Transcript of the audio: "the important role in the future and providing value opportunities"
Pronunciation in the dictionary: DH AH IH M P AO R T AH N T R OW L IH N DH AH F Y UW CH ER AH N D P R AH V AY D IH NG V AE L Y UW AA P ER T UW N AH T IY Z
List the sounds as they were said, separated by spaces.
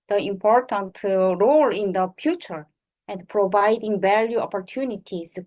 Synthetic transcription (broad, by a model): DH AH IH M P AO R T AH N T R OW L IH N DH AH F Y UW CH ER AH N D P R AH V AY D IH NG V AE L Y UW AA P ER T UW N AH T IY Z